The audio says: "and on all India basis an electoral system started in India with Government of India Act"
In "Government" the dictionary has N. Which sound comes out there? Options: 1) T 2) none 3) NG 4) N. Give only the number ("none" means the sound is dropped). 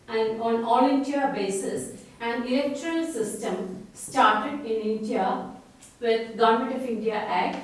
2